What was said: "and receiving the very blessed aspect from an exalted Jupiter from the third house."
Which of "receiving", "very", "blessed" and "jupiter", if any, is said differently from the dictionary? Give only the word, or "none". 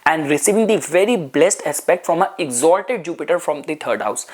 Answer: none